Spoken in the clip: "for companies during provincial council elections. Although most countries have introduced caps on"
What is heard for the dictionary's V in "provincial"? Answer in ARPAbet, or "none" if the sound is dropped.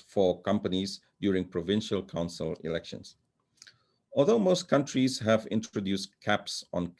V